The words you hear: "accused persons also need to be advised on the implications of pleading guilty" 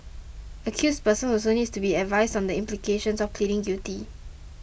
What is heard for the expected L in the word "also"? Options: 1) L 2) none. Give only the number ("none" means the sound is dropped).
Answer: 2